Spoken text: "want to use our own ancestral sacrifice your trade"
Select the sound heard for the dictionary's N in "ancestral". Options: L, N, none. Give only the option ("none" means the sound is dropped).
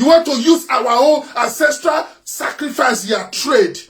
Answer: N